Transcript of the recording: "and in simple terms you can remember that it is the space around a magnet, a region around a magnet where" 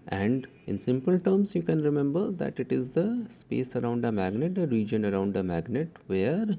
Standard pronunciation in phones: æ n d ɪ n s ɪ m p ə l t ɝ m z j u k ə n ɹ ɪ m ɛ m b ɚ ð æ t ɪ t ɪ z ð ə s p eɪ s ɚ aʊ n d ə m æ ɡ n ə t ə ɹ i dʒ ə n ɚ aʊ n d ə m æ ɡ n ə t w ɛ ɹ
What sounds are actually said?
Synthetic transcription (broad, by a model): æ n d ɪ n s ɪ m p ə l t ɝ m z j u k ə n ɹ ɪ m ɛ m b ɚ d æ t ɪ t ɪ z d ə s p eɪ s ɚ aʊ n d ə m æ ɡ n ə t ə ɹ i dʒ ə n ɚ aʊ n d ə m æ ɡ n ə t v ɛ ɹ